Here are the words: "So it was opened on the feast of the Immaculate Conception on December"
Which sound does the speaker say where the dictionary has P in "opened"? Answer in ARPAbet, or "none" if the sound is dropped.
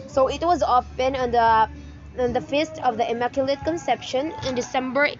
F